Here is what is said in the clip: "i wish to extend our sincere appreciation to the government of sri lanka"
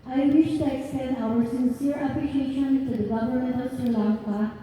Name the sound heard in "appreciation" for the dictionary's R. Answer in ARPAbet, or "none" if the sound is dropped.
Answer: L